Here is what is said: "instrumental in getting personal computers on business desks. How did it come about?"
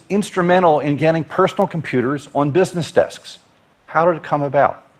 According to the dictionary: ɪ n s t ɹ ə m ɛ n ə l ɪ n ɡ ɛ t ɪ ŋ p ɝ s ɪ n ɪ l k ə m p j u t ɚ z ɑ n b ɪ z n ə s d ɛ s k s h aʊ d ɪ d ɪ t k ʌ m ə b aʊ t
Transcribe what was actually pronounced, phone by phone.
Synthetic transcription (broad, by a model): ɪ n s t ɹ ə m ɛ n l ɪ n ɡ ɛ t ɪ ŋ p ɝ s n l k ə m p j u t ɚ z n b ɪ z n ə s d ɛ s k s h aʊ d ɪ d ɪ t k ʌ m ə b aʊ t